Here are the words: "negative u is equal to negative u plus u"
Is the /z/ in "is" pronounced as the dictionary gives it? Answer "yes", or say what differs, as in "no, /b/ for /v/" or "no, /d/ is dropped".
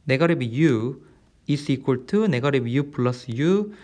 no, /s/ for /z/